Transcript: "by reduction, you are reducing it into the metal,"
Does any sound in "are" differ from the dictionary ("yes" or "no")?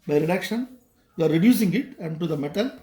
no